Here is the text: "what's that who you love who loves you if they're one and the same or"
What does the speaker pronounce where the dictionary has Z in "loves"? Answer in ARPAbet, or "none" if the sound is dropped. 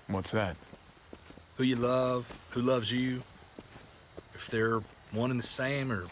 Z